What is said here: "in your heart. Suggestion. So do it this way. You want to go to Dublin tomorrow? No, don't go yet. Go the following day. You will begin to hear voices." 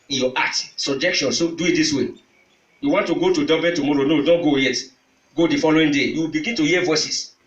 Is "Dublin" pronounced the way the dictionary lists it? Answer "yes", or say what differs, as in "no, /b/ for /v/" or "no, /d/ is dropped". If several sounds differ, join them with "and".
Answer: no, /l/ is dropped